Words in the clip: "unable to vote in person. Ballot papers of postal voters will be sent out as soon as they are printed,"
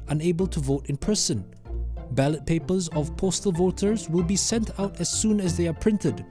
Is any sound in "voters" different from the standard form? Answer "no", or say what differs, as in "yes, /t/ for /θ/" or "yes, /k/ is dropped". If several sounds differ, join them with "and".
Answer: no